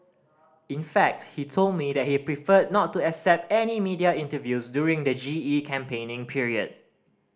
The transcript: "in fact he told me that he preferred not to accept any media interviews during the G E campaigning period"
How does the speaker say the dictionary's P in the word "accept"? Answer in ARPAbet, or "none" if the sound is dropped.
P